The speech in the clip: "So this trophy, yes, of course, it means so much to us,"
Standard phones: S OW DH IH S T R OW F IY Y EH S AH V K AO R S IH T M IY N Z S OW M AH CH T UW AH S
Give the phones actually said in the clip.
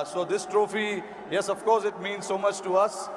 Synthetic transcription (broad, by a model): S OW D IH S T R OW F IY Y EH S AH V K AO R S IH T M IY N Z S OW M AH CH T UW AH S